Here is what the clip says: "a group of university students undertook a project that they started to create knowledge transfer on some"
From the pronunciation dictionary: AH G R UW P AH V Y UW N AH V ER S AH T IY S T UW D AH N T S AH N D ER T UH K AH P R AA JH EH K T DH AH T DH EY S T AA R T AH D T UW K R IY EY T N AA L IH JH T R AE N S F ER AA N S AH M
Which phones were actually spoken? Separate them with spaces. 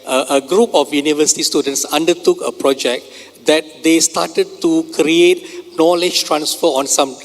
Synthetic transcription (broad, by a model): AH G R UW P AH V Y UW N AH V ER S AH T IY S T UW D AH N T S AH N D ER T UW K AH P R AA JH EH K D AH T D EY S T AA T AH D T UW K R IY EY T N AA L IH JH T R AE N S F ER AA N S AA M